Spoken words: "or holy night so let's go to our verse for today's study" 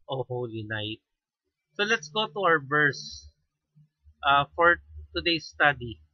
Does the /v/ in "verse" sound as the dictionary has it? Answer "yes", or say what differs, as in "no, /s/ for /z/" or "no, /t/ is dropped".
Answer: no, /b/ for /v/